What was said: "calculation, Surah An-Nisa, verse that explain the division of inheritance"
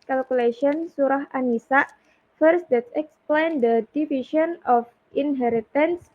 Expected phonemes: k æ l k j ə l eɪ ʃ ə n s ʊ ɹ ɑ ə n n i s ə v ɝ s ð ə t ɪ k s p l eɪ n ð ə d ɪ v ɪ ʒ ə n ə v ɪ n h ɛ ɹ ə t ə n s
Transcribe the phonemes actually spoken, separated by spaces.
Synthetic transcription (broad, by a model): k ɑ l k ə l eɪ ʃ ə n s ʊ ɹ ɑ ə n n i s ə f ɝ s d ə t ɪ k s p l eɪ n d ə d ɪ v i ʃ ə n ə f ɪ n h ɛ ɹ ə t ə n s